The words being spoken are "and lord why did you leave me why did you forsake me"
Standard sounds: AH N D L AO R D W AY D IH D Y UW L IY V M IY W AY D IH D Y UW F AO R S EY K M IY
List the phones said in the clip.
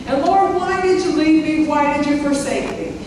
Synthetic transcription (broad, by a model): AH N L AO R D W AY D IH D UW L IY V M IY W AY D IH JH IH F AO R S EY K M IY